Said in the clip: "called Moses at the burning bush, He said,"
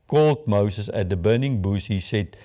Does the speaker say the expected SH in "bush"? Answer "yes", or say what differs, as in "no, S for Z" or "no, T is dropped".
no, S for SH